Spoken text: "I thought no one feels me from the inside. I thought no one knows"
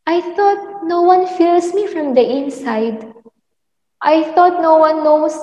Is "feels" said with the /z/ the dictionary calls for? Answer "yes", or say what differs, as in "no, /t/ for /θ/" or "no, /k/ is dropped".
no, /s/ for /z/